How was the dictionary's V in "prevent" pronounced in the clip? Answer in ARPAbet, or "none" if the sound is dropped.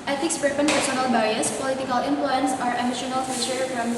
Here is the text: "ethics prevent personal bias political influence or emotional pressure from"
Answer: P